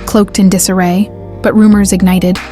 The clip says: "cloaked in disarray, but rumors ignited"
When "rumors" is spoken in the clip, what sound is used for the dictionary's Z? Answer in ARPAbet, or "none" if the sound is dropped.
Z